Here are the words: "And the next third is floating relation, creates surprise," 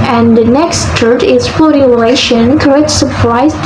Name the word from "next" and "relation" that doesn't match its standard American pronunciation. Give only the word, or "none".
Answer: none